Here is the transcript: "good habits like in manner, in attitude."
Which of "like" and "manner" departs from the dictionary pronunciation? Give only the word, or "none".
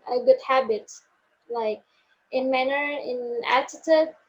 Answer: none